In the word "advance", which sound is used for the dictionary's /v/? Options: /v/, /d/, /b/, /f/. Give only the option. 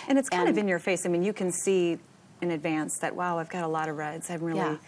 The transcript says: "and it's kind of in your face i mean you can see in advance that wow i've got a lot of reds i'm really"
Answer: /v/